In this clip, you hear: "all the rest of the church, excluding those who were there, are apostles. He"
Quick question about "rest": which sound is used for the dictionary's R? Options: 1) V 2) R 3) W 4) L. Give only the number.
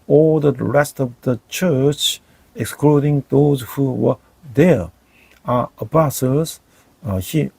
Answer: 2